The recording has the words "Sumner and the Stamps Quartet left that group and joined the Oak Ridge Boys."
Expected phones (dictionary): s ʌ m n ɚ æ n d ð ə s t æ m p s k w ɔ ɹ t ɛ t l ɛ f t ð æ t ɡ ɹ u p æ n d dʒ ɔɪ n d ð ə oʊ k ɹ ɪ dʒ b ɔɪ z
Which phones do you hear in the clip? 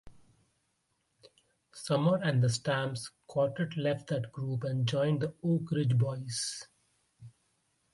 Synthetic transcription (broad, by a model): s ʌ m ɚ æ n d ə s t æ m s k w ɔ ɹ t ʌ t l ɛ f t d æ t ɡ ɹ u p æ n d dʒ ɔɪ n d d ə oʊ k ɹ ɪ dʒ b ɔɪ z